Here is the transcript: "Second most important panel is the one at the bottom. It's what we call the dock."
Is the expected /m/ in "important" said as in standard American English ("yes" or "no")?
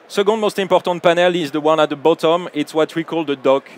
no